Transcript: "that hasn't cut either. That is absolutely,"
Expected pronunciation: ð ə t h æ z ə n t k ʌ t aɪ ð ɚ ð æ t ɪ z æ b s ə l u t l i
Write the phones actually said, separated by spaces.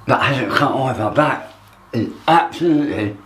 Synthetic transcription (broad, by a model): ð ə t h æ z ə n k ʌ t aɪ ɚ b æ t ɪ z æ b s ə l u t l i